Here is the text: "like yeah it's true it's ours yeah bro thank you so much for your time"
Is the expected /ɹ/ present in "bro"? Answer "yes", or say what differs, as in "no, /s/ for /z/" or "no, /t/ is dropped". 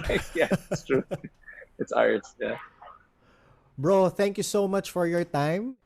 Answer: yes